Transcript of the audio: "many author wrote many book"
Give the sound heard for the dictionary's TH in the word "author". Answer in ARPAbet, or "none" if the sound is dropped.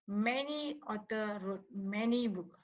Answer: T